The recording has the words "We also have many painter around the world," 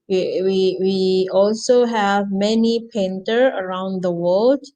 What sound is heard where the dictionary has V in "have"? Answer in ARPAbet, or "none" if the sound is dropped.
V